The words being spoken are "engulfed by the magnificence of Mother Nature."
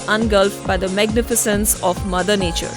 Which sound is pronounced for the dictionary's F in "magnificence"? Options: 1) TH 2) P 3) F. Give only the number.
3